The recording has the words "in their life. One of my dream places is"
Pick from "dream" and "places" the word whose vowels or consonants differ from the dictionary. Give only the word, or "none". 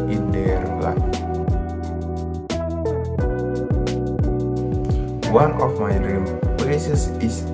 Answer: places